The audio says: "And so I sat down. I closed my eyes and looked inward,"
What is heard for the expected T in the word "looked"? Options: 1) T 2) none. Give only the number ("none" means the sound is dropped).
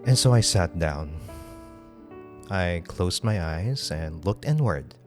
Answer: 1